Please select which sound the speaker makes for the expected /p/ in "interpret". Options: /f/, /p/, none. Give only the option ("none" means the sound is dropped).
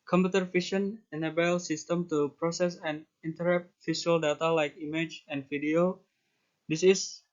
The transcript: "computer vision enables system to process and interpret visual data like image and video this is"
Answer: none